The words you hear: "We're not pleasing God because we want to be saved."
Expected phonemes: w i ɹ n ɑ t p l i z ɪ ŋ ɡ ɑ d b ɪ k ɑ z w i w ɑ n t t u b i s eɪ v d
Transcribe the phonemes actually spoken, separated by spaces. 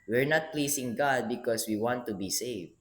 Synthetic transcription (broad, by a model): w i ɹ n ɑ t p l i s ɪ ŋ ɡ ɑ d b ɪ k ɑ s w i w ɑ n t t u b i s eɪ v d